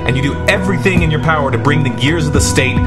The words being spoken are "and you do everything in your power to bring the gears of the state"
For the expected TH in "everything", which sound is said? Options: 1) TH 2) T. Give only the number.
1